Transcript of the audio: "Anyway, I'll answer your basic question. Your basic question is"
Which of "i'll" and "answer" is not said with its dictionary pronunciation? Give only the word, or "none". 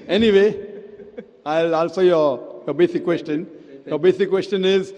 answer